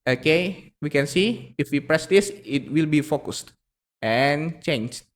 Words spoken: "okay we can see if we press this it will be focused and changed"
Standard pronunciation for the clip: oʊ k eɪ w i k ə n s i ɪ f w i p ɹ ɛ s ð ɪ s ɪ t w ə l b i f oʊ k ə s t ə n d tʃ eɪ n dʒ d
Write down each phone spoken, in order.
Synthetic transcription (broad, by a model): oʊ k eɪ w i k ə n s i ɪ f w i p ɹ ɛ s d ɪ s ɪ t w ə l b i f oʊ k ə s t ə n tʃ eɪ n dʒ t